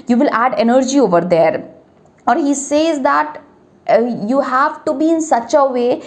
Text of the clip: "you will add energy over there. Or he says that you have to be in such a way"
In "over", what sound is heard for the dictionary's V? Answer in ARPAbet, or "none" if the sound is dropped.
V